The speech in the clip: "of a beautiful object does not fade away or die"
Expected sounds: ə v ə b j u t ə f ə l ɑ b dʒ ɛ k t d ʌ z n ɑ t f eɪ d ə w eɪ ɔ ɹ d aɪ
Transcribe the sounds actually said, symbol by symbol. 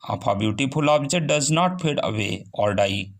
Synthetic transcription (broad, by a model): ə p ə b j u t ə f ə l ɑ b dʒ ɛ t d ʌ z n ɑ t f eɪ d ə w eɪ ɔ ɹ d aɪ